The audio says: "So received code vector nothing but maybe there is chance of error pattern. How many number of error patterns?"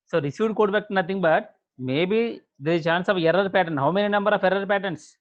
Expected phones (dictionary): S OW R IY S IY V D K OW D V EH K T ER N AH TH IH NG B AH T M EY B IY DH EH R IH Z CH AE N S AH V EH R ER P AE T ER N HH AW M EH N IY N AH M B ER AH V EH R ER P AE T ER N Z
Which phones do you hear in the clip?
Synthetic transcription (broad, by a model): S OW R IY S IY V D K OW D B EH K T N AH T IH NG B AH T M EY B IY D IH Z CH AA N S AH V EH R ER P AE T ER N HH AW M EH N IY N AH M B ER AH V EH R ER P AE T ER N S